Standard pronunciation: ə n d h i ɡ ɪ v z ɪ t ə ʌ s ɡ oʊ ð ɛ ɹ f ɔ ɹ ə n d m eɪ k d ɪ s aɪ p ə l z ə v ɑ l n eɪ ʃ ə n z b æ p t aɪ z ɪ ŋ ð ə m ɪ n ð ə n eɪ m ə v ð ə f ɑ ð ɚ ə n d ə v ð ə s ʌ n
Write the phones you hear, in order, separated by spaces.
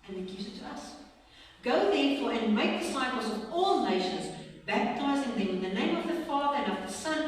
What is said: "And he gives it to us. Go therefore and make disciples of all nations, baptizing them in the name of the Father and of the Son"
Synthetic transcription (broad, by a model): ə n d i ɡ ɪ z ɪ t ə ʌ s ɡ oʊ ð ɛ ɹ f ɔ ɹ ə n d m eɪ k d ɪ s aɪ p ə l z ə v ɑ l n eɪ ʃ ə n z b æ p t aɪ z ɪ ŋ ð ə m ɪ n ð ə n eɪ m ə v ð ə f ɑ ð ɚ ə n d ə v ð ə s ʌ n